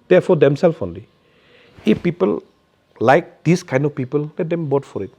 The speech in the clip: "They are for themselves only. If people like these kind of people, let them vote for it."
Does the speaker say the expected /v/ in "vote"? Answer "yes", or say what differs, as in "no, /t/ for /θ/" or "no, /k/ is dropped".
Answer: no, /b/ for /v/